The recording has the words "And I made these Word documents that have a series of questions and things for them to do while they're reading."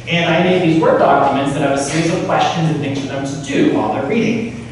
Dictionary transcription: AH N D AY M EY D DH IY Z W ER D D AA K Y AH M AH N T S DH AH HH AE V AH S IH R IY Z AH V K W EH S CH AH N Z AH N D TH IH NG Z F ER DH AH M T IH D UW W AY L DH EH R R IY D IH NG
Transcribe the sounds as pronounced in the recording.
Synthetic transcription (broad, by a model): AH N AY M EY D DH IY Z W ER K D AA K Y AH M AH N T S DH AH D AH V AH S IH R IY Z AH V K W EH S CH AH N Z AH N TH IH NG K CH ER DH AH M T IH D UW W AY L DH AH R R IY D IH NG